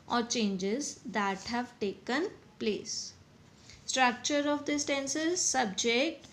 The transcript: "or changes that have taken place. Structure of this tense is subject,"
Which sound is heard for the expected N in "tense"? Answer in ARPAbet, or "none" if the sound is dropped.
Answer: N